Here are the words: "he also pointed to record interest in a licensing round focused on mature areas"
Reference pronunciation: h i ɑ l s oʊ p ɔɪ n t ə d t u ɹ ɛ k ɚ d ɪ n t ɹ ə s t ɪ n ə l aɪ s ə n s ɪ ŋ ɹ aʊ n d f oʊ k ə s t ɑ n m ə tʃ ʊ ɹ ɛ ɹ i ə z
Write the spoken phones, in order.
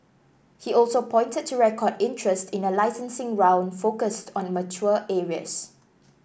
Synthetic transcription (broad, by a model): h i ɑ l s oʊ p ɔɪ n t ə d t u ɹ ɛ k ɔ d ɪ n t ɹ ə s t ɪ n ə l aɪ s ə n s ɪ ŋ ɹ aʊ n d f oʊ k ə s t ɑ n m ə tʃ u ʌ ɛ ɹ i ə s